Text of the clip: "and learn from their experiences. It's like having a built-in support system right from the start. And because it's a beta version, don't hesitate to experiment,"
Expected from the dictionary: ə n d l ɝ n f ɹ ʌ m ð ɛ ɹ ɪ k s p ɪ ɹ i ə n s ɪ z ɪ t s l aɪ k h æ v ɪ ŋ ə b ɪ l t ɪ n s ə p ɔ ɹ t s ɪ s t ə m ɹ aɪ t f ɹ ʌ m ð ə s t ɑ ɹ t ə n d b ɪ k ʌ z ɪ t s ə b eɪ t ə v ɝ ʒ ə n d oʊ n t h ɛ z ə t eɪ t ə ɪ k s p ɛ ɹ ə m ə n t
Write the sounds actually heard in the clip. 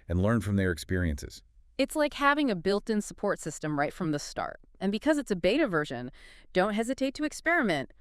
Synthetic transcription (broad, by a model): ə n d l ɝ n f ɹ ʌ m ð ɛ ɹ ɪ k s p ɪ ɹ i ə n s ɪ z ɪ t s l aɪ k h æ v ɪ ŋ ə b ɪ l t ɪ n s ə p ɔ ɹ t s ɪ s t ə m ɹ aɪ t f ɹ ʌ m ð ə s t ɑ ɹ t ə n b ɪ k ʌ z ɪ t s ə b eɪ t ə v ɝ ʒ ə n d oʊ n t h ɛ z ə t eɪ t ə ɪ k s p ɛ ɹ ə m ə n t